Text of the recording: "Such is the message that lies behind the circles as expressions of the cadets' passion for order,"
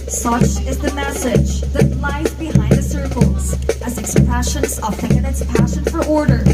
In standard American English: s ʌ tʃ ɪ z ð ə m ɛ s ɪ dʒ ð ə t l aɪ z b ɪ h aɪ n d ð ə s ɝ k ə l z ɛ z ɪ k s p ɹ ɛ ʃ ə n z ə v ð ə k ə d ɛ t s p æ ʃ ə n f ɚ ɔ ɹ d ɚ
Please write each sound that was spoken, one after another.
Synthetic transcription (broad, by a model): s ʌ tʃ ɪ z ð ə m ɛ s ɪ dʒ ð ə t l aɪ z b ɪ h aɪ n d ð ə s ɝ k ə l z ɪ z ɪ k s p ɹ ɛ ʃ ə n z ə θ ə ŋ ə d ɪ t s p æ ʃ ə n f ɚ ɔ ɹ d ɚ